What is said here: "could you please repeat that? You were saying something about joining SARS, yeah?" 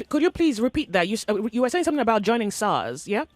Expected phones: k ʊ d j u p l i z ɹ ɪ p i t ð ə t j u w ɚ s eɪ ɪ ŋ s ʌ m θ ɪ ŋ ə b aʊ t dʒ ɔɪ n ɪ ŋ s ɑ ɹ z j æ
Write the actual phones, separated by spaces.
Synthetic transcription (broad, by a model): k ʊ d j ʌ p l i z ɹ ɪ p i t ð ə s j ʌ w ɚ s eɪ ɪ ŋ s ʌ m θ ɪ ŋ ə b aʊ t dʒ ɔɪ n ɪ ŋ s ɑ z j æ